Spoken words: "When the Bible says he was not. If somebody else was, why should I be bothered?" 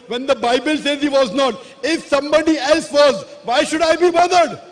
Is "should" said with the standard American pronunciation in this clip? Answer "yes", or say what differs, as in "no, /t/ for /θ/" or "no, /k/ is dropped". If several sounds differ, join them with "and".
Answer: yes